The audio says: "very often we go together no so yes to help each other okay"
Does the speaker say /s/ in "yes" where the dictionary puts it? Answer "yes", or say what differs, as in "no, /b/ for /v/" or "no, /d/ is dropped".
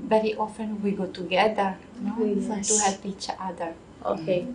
no, /s/ is dropped